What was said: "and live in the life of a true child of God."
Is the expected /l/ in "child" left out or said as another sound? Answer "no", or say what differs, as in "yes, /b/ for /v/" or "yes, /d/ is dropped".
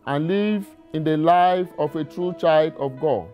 no